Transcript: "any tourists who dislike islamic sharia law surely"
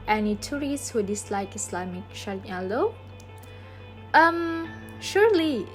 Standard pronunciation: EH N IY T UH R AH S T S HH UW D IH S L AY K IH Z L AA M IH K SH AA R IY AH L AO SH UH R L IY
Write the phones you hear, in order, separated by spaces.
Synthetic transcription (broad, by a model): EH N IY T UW R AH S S HH UW D IH S L AY K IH S L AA M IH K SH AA L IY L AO SH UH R L IY